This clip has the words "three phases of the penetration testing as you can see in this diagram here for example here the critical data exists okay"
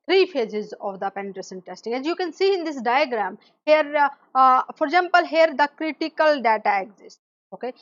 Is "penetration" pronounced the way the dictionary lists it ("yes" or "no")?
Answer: no